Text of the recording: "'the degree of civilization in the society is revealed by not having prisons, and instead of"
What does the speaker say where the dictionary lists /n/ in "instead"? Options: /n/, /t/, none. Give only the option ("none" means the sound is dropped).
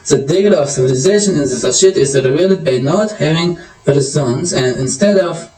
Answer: /n/